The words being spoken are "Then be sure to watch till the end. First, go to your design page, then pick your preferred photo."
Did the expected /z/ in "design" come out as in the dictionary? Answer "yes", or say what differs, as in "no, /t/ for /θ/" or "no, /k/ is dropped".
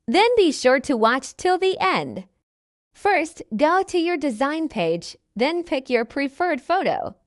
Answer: yes